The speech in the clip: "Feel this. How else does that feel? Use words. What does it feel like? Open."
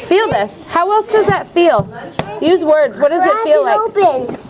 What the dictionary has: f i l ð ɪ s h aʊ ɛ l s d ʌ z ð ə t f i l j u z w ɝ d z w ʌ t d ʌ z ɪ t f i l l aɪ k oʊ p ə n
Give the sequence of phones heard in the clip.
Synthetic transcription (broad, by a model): f i l ð ɪ s h aʊ ɛ l s d ʌ z ð ə t f i l j u z w ɝ d z w ʌ t d ʌ z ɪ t f i l l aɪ oʊ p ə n